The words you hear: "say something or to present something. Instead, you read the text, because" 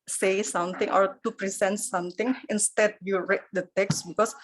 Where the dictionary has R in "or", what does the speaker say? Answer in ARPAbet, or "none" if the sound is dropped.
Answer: R